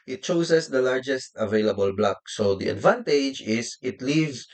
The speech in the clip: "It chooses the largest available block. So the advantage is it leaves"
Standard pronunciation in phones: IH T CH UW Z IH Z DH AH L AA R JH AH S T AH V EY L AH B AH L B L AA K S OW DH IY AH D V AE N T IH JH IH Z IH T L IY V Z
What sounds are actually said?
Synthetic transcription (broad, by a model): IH T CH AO S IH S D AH L AA R JH AH S T AH V EY L AH B AH L B L AA K S OW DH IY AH D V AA N T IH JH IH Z IH T L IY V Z